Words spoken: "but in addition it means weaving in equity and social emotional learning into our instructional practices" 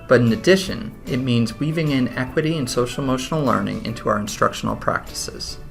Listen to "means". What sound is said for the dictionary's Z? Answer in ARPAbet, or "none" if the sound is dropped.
Z